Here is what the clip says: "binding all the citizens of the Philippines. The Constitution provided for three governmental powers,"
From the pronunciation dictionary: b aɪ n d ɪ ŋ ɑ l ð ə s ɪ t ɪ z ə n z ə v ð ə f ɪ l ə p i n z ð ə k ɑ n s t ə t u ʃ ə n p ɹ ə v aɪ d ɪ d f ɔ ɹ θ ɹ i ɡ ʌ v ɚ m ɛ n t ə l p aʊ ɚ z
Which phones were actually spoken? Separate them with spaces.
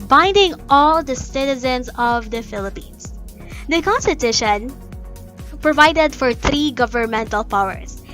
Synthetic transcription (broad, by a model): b aɪ n d ɪ ŋ ɑ l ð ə s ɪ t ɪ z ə n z ə v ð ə f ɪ l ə p i n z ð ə k ɑ n s t ə t u ʃ ə n p ɹ ə v aɪ d ɪ d f ɔ ɹ θ ɹ i ɡ ʌ v ɚ m ɛ n t ə l p aʊ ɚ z